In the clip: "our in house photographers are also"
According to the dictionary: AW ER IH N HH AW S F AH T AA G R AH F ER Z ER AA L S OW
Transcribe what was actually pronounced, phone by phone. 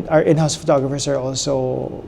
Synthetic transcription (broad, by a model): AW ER IH N HH AW S F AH T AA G R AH F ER S ER AA L S OW